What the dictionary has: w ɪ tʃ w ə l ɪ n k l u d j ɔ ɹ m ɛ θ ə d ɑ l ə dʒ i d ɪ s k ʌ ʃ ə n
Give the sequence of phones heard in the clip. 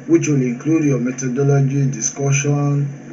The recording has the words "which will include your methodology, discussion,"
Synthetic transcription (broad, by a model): w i tʃ w ə l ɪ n k l u d j ɔ m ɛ t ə d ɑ l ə dʒ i d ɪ s k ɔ ʃ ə n